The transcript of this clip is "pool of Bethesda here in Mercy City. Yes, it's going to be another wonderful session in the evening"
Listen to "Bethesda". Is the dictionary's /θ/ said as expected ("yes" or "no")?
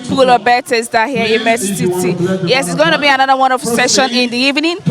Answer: no